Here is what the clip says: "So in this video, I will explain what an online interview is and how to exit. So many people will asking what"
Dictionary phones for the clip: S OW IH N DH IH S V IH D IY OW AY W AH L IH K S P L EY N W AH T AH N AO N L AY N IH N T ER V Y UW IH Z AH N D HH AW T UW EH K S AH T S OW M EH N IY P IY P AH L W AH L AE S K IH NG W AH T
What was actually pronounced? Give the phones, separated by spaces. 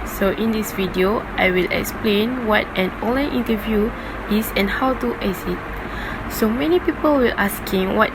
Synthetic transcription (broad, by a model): S OW IH N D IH S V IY D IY OW AY W AH L IH K S P L EY N W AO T AH N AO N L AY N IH N T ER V Y UW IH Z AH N HH AW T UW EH S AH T S OW M EH N IY P IY P AH L W AH L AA S K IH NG W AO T